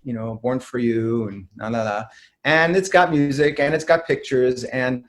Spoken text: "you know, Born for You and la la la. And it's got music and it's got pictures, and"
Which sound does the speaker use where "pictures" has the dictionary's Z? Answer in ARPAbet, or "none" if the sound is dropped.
Z